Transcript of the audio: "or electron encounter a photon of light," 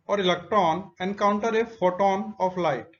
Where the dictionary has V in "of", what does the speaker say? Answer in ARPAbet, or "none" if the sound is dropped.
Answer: P